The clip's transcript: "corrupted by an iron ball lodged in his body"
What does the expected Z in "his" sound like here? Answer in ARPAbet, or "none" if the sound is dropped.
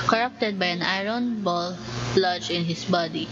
S